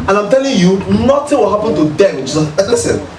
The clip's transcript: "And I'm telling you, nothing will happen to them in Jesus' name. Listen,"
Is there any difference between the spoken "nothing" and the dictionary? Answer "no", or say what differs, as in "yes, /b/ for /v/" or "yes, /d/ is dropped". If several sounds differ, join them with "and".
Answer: yes, /t/ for /θ/